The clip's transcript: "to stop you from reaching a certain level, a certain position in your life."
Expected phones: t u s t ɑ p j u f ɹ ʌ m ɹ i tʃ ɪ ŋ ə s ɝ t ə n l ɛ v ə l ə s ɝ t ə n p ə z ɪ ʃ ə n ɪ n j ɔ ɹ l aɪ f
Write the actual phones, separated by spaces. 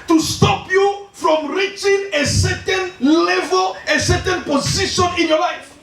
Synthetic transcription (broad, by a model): t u s t ɑ p j u f ɹ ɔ m ɹ i tʃ ɪ ŋ ə s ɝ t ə n l ɛ v ə l ə s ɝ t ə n p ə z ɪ ʃ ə n ɪ n j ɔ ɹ l aɪ f